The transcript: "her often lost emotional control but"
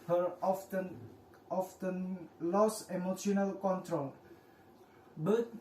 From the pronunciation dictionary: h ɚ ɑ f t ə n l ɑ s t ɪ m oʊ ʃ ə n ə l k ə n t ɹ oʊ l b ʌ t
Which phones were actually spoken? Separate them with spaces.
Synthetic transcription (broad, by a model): h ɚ ɑ f t ə n l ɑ s ɪ m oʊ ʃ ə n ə l k ə n t ɹ oʊ l b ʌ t